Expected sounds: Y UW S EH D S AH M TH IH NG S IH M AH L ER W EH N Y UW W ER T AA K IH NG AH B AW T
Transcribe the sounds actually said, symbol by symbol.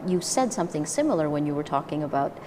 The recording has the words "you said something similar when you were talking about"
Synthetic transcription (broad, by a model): Y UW S EH D S AH M TH IH NG S IH M L ER W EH N Y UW W ER T AA K IH NG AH B AW T